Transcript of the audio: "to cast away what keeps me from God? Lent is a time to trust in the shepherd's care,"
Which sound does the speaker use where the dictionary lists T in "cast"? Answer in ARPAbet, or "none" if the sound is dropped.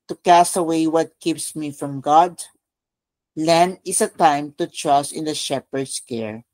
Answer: T